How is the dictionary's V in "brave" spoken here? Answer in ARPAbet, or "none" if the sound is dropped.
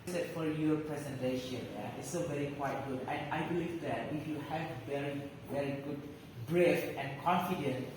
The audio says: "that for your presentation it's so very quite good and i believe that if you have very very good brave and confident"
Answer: F